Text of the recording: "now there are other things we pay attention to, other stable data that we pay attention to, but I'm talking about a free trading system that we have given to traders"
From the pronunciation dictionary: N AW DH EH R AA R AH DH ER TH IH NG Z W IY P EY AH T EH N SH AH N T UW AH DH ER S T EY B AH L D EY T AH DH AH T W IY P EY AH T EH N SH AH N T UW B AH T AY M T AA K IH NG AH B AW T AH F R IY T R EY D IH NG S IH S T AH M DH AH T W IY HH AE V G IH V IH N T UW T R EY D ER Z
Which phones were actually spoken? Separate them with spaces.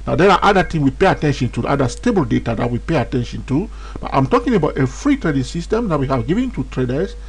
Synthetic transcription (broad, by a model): N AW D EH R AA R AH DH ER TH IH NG W IY P EY AH T EH N SH AH N T UW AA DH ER S T EY B AH L D EY T AH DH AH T W IY P EY AH T EH N SH AH N T UW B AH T AY M T AA K IH NG AH B AW T AH F R IY T R EY D IH NG S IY S T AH M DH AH T W IY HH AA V G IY V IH N T UW T R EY D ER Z